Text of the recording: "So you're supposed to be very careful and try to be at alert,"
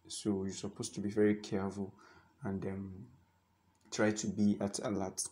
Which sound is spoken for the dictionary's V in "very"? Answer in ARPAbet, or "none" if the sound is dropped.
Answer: V